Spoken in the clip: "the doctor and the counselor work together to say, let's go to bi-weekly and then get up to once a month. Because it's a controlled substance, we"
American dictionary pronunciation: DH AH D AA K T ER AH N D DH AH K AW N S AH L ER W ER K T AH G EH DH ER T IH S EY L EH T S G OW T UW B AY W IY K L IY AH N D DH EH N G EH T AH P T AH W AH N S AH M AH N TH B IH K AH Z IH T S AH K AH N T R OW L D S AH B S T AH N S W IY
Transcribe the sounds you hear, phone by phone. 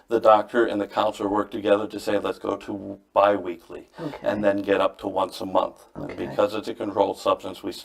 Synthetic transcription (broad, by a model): DH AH D AA K T ER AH N DH AH K AW N S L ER W ER K T AH G EH DH ER T IH S EY L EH T S G OW T UW B AY W IY K L IY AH N DH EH N G EH T AH P T AH W AH N S AH M AH N TH B IH K AH Z IH T S AH K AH N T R OW L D S AH B S T AH N S W IY